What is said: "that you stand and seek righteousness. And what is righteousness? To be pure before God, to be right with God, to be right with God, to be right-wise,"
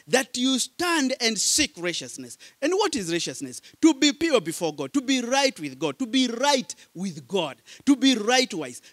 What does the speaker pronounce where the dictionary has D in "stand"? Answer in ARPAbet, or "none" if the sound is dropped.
D